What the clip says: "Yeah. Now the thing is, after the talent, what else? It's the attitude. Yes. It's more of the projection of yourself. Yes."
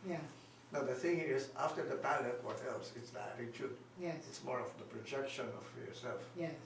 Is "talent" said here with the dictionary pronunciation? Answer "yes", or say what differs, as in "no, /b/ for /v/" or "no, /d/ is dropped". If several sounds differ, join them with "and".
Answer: no, /n/ is dropped